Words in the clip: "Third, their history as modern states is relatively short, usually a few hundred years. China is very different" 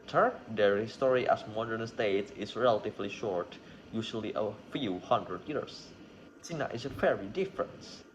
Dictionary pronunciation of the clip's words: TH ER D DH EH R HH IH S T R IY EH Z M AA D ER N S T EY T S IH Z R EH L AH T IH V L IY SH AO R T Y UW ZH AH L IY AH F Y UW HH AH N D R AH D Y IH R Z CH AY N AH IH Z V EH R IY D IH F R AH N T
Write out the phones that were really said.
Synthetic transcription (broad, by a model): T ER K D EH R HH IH S T R IY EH S M AA D ER N S T EY T S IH S R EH L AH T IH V L IY SH AO R T Y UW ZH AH L IY AH F Y UW HH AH N D R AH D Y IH R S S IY N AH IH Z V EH R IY D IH F R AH N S